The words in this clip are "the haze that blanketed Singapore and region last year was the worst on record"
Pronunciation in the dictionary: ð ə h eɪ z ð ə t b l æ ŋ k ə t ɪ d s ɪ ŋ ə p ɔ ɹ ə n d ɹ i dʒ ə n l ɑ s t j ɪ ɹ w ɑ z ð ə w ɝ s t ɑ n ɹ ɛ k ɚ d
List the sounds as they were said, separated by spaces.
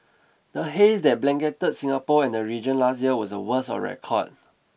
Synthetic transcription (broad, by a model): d ə h eɪ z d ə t b l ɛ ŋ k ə t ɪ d s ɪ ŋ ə p ɔ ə n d ɹ i dʒ ə n l ɑ s t j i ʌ w ɑ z ə w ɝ s ɑ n ɹ ɛ k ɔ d